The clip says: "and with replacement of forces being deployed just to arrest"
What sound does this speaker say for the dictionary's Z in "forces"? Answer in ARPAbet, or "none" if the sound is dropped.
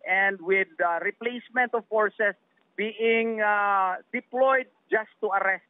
S